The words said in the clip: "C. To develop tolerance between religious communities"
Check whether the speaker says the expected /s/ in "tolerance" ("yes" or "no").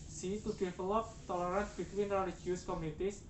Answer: no